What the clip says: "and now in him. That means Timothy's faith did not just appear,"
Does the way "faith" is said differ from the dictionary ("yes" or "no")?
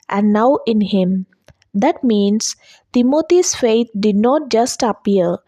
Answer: yes